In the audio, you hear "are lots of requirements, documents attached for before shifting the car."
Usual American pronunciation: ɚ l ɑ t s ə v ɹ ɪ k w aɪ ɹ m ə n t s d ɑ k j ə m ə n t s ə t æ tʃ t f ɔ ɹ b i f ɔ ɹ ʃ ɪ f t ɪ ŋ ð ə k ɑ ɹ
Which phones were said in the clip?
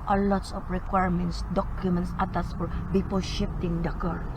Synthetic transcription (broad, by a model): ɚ l ɑ t s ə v ɹ ɪ k w aɪ ɹ m ə n t s d ɑ k j ə m ə n t s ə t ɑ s f ɔ ɹ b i p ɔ l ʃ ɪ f t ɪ ŋ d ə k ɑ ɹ